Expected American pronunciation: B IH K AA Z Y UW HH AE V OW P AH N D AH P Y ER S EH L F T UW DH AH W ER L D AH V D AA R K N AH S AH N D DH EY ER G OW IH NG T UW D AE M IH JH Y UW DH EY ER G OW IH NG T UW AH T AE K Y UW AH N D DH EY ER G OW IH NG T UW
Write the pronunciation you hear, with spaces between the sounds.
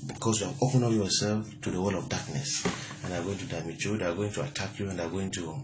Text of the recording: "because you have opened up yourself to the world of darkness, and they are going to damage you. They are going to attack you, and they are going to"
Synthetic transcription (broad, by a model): B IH K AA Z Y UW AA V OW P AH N AH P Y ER S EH L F T UW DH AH W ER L AH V D AA K N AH S AH N D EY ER G OW IH NG T UW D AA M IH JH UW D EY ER G OW IH NG T UW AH T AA K Y UW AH N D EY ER G OW IH NG T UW